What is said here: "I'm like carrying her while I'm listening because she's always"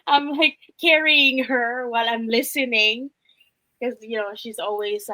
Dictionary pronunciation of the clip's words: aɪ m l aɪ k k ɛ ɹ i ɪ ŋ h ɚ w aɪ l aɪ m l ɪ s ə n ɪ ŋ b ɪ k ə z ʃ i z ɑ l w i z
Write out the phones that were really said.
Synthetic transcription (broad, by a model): aɪ m l aɪ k k ɛ ɹ i ɪ ŋ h ɚ w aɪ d aɪ m l ɪ s ə n ɪ ŋ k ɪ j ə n ʃ i z ɑ l w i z